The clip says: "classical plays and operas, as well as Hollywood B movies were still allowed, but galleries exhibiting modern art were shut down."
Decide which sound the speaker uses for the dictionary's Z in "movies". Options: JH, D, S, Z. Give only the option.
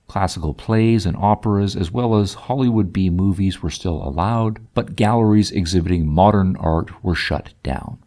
Z